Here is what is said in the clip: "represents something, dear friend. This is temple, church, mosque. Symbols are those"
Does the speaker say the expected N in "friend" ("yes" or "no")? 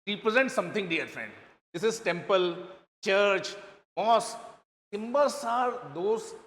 yes